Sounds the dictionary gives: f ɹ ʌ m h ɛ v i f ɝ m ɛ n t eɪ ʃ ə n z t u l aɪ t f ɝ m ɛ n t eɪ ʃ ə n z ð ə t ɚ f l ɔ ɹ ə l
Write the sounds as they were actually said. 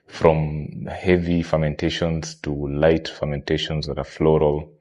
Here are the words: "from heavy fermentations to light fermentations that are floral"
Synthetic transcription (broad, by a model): f ɹ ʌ m h ɛ v i f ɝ m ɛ n t eɪ ʃ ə n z t u l aɪ t f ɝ m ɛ n t eɪ ʃ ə n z ð ə t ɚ f l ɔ ɹ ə l